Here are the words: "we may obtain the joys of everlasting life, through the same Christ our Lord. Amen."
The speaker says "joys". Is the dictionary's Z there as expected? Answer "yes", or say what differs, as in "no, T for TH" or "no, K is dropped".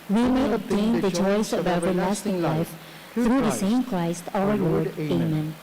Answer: no, S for Z